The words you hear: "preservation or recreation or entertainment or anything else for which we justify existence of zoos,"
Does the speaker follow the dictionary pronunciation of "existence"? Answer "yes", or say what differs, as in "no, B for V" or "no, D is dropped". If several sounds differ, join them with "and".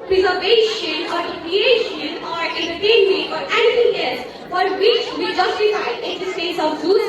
no, N is dropped